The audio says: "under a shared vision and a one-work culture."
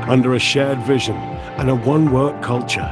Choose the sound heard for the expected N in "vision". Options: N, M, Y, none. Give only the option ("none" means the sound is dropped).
N